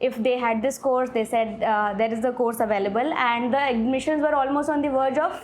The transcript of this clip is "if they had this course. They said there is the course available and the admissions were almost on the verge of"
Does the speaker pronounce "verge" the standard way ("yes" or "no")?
yes